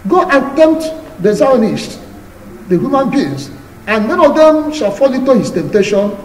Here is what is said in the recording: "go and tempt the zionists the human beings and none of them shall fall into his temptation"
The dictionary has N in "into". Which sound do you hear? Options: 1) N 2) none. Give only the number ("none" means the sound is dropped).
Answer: 2